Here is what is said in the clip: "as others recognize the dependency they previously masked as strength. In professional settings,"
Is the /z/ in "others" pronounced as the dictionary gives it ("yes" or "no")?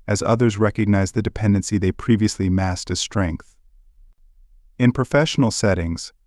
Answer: yes